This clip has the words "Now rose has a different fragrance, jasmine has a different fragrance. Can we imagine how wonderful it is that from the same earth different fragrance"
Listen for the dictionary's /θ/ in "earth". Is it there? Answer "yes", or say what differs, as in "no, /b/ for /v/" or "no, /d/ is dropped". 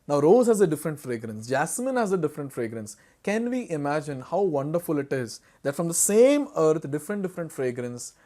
no, /t/ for /θ/